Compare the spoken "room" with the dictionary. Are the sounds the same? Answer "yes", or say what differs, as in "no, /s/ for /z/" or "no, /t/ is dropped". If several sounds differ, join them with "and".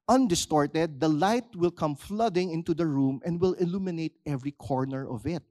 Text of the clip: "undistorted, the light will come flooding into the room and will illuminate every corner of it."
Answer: yes